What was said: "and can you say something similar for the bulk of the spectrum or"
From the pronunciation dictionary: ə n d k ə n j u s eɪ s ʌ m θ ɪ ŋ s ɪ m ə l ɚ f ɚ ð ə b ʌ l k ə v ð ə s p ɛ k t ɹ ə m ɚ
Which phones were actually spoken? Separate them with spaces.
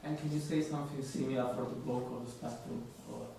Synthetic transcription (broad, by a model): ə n k ə n j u s eɪ s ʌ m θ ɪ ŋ s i m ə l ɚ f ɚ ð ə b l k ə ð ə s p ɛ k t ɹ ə ɚ